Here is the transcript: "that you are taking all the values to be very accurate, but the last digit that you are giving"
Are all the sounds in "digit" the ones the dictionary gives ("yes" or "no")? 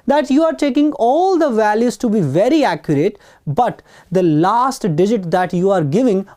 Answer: yes